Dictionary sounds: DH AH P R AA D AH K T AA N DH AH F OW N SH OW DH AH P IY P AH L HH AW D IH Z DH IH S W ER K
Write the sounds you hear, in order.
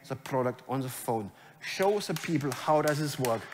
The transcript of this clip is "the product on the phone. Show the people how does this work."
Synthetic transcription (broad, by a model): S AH P R AA D AH K T AA N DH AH F OW N SH OW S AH P IY P AH L HH AW D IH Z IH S W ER K